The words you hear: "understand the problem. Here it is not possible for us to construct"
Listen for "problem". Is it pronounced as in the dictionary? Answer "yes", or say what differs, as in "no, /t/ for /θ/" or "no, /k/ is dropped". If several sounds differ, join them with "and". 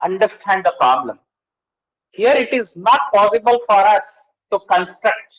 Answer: yes